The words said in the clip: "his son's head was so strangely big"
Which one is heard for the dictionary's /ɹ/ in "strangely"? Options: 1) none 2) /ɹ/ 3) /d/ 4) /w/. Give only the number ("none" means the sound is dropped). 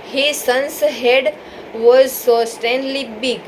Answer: 1